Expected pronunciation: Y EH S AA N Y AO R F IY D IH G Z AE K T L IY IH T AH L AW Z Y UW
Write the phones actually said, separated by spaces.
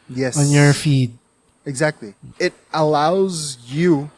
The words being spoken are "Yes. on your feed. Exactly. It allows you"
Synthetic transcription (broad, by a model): Y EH S AA N Y AO R F IY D IH G Z AE K T L IY IH T AH L AW Z Y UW